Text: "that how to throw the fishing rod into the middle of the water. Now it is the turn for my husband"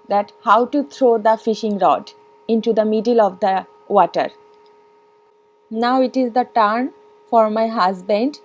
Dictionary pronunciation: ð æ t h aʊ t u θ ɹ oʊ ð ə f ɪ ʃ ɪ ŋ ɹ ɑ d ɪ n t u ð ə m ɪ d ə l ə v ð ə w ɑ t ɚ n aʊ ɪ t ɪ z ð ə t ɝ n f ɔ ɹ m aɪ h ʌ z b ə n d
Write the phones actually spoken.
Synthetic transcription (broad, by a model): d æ t h aʊ t u t ɹ oʊ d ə f ɪ ʃ ɪ ŋ ɹ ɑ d ɪ n t u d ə m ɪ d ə l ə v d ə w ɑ t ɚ n aʊ ɪ t ɪ z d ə t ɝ n f ɔ ɹ m aɪ h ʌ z b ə n d